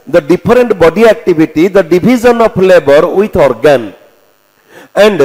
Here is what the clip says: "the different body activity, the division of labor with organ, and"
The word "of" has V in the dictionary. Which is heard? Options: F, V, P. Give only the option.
P